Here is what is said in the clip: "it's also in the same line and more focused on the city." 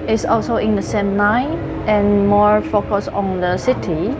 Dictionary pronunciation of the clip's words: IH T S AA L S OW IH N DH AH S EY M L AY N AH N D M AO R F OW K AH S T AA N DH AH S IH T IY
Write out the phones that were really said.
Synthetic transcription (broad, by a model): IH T S AA L S OW IH N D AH S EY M AY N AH N M AO R F OW K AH S AA N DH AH S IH T IY